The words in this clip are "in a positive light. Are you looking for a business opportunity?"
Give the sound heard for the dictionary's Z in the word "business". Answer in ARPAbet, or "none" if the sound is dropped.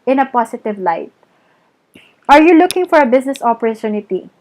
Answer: S